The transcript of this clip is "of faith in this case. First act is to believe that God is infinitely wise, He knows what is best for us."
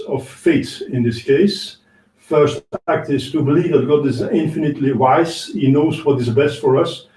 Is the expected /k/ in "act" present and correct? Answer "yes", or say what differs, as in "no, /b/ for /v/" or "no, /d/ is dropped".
yes